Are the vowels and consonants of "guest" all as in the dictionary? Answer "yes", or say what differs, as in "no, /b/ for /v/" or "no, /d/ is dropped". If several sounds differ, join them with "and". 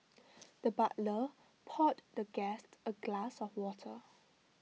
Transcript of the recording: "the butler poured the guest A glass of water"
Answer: yes